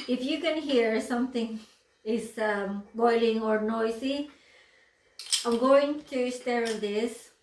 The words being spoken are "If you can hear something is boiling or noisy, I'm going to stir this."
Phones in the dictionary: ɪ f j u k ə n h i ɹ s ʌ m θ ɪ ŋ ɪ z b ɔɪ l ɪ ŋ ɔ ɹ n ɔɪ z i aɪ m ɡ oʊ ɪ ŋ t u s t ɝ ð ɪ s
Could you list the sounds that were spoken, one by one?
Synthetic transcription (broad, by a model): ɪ f j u k ə n h i ɹ s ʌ m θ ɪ ŋ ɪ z b ɔɪ l ɪ ŋ ɔ ɹ n ɔɪ s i aɪ m ɡ oʊ ɪ ŋ t u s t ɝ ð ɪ s